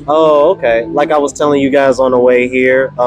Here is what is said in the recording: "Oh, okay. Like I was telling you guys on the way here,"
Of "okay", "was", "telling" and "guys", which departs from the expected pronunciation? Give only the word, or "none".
none